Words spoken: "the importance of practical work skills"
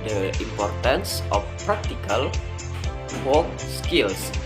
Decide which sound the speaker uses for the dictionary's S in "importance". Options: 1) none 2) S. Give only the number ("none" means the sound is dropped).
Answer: 2